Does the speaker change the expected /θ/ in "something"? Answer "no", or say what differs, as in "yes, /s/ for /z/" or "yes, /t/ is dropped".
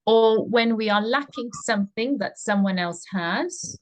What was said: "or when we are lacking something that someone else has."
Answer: no